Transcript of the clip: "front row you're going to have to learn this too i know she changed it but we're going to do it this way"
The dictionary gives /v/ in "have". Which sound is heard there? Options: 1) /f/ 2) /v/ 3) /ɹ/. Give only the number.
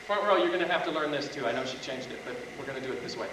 1